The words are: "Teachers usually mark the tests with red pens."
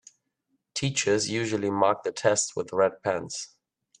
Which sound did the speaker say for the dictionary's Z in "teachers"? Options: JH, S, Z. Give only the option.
Z